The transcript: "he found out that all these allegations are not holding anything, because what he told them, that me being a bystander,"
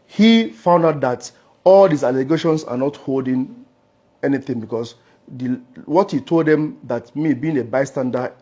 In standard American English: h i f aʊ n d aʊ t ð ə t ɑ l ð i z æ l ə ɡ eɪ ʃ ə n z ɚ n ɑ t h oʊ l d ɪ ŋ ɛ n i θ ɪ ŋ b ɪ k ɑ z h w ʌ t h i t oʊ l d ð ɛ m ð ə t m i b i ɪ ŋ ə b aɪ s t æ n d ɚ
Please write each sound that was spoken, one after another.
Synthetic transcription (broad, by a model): h i f aʊ n d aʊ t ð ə t ɑ l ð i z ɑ l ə ɡ eɪ ʃ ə n s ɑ n ɑ t h oʊ l d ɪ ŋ ɛ n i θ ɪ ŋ b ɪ k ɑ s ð w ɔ t h i t oʊ l d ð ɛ m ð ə t m i b i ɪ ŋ ə b aɪ s t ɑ n d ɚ